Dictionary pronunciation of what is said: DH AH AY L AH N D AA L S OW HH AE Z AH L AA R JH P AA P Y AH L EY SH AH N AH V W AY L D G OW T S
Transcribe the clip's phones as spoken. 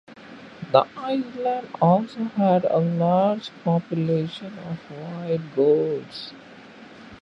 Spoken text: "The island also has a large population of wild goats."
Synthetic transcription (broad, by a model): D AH AY L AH N D AA L S OW HH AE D AH L AA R JH P AA P Y AH L EY SH AH N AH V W AY D G OW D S